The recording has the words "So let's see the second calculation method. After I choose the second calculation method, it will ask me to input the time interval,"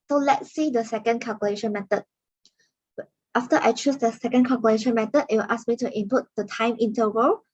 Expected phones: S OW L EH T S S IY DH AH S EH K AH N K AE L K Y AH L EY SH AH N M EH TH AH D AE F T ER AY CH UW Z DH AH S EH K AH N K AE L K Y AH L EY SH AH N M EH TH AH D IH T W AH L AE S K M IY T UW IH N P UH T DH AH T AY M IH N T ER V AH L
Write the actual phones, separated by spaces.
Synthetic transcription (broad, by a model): S OW L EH T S S IY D AH S EH K AH N K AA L K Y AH L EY SH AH N M EH T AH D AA F T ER AY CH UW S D AH S EH K AH N K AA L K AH L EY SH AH N M EH T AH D IH T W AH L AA S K M IY T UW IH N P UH T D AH T AY M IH N T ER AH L